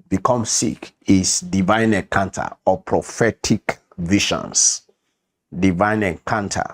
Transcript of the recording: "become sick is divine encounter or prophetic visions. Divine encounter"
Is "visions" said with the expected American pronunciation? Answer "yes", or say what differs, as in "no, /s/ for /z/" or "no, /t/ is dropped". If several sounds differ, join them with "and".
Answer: no, /ʃ/ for /ʒ/ and /s/ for /z/